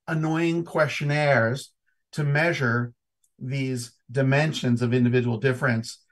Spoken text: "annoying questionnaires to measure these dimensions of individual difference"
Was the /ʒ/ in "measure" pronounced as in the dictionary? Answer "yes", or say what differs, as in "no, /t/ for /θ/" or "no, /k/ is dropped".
yes